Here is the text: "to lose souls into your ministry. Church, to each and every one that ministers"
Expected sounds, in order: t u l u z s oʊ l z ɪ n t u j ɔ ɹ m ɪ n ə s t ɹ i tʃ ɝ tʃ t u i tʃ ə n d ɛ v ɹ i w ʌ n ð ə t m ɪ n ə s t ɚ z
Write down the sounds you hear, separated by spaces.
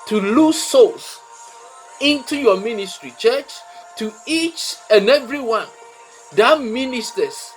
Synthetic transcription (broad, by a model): t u l u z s oʊ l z ɪ n t u j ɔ m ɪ n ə s t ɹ i tʃ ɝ tʃ t u i tʃ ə n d ɛ v ɹ i w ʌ n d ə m m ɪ n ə s t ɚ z